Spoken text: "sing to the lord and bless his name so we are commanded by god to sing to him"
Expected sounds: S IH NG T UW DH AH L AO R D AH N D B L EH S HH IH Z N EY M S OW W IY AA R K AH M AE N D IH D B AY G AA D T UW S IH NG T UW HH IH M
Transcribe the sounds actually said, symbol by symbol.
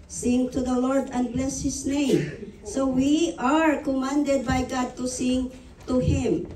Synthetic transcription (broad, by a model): S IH NG T UW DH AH L AO R D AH N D B L EH S HH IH S N EY M S OW W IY AA R K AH M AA N D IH D B AY G AA D T UW S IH NG T UW HH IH M